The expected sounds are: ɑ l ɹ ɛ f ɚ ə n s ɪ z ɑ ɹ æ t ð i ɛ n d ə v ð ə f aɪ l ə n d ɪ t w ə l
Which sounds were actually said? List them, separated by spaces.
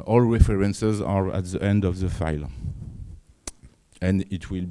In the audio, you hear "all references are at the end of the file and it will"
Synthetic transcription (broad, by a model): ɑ l ɹ ɛ f ɚ ə n s ɪ z ɑ ɹ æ t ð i ɛ n d ə v ð ə f aɪ l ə n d ɪ t w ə l